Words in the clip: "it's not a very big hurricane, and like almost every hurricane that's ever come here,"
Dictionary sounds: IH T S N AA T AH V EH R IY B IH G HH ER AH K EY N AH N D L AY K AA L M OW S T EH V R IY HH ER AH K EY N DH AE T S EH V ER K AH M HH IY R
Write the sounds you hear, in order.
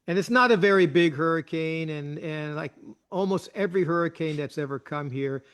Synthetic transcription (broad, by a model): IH T S N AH T AH V EH R IY B IH G HH ER AH K EY N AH N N L AY K AA L M OW S T EH V R IY HH ER AH K EY N DH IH T S EH V ER K AH M HH IY R